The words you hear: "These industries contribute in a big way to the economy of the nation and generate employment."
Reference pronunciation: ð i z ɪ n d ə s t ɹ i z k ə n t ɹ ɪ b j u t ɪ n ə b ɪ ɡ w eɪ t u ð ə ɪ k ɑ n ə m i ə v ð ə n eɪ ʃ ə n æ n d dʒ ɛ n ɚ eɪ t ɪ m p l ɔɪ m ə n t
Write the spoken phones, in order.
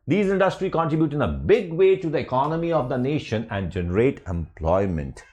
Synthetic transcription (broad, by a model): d i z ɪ n d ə s t ɹ i k ə n t ɹ ɪ b j u t ɪ n ə b ɪ ɡ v eɪ t u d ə ɪ k ɑ n ə m i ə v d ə n eɪ ʃ ə n æ n d dʒ ɛ n ɚ eɪ t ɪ m p l ɔɪ m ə n t